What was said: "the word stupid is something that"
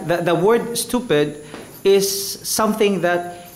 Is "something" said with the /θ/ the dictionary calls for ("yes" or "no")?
yes